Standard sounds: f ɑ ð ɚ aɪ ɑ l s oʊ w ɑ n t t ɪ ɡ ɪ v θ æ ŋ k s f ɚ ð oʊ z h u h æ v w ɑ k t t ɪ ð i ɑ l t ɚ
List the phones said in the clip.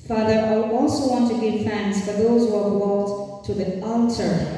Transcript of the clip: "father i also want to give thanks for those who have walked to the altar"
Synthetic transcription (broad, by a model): f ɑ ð ɚ aɪ ɑ l s oʊ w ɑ n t t ɪ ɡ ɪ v f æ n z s f ɚ ð oʊ z h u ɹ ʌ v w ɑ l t t ɪ ð i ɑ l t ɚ